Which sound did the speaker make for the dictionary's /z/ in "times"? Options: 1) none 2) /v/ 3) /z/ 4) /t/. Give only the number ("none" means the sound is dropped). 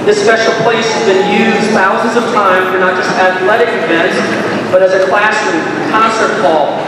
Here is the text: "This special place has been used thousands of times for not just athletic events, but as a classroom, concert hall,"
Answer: 1